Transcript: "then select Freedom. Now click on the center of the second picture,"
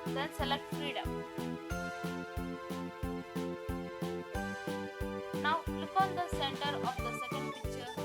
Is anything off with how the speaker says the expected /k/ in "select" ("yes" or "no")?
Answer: no